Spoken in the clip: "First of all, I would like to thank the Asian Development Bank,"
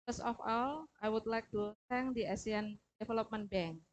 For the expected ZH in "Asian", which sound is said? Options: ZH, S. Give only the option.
S